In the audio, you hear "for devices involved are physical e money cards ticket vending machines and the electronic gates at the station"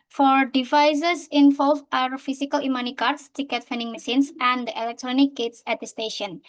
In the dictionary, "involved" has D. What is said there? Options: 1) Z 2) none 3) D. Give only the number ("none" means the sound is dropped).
2